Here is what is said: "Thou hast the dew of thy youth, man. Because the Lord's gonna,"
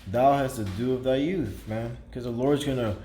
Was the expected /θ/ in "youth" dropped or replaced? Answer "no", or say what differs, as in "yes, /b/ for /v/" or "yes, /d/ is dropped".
no